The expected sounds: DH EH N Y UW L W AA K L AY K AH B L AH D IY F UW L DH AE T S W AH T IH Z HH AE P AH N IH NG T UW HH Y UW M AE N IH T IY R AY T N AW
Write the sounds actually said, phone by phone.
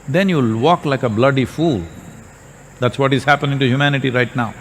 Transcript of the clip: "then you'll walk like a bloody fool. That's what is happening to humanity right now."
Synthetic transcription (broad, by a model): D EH N Y UW L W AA K L AY K AH B L AH D IY F UW L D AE T S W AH T IH Z HH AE P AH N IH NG T UW HH Y UW M AE N IH T IY R AY T N AW